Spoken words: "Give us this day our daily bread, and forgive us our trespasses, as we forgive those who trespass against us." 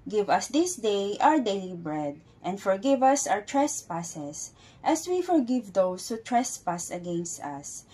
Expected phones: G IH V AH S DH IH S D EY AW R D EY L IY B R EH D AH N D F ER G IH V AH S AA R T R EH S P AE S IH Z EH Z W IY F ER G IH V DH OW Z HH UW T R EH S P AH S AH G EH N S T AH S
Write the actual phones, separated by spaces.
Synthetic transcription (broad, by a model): G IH V AH S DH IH S D EY AW R D EY L IY B R EH D AH N D F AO G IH V AH S AA R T R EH S P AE S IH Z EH S W IY F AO G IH V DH OW S HH UW T R EH S P AH S AH G EH N S T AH S